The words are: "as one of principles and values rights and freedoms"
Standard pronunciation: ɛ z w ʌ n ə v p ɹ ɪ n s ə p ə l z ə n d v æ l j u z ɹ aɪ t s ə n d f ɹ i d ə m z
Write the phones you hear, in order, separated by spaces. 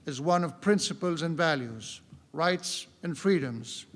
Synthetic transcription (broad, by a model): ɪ z w ʌ n ə v p ɹ ɪ n s ə p ə l z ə n v æ l j u z ɹ aɪ t s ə n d f ɹ i d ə m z